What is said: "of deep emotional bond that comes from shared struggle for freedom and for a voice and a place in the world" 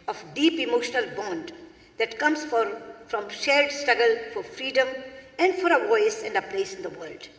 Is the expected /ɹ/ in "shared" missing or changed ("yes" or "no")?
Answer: yes